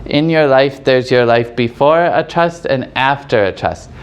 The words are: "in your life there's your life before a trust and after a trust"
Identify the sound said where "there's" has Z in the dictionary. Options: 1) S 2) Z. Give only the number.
2